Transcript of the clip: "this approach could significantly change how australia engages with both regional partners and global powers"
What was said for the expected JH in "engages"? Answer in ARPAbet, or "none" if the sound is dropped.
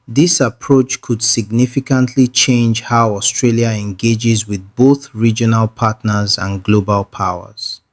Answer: JH